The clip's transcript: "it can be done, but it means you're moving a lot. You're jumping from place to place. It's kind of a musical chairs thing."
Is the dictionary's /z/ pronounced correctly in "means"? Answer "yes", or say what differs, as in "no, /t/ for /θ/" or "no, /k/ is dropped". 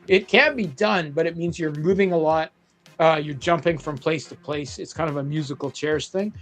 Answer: yes